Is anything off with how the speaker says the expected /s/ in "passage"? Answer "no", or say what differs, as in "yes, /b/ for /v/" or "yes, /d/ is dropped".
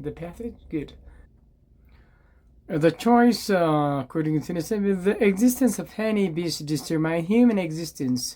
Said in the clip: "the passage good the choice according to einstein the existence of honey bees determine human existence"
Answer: yes, /θ/ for /s/